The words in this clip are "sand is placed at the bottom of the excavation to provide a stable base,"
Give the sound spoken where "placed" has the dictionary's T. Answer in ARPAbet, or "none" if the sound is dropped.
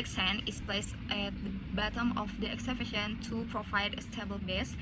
T